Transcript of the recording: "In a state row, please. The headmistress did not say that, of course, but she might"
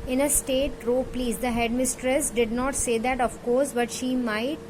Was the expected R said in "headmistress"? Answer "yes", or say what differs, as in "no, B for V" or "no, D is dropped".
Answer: yes